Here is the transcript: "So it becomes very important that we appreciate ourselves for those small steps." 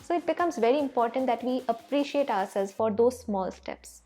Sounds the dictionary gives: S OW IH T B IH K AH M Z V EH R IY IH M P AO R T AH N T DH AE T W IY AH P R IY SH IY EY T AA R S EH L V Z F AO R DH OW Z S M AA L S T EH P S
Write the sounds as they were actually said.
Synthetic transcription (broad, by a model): S OW IH T B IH K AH M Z V EH R IY IH M P AO R T AH N T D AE T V IY AH P R IY SH IY EY T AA R S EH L Z F AO R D OW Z S M AA L S T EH P S